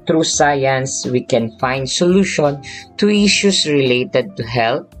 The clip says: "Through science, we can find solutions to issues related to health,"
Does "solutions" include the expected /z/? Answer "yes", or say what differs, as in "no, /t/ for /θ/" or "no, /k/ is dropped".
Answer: no, /z/ is dropped